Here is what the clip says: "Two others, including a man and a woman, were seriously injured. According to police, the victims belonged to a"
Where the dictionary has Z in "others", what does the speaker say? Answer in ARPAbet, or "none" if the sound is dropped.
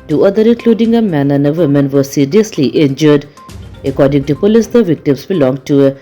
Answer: none